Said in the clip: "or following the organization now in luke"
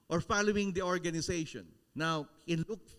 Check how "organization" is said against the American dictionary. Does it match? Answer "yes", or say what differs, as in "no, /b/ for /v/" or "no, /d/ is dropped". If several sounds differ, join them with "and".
no, /s/ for /z/